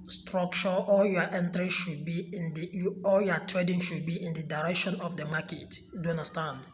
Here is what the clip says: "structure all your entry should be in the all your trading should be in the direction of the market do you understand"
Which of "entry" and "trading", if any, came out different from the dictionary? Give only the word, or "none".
none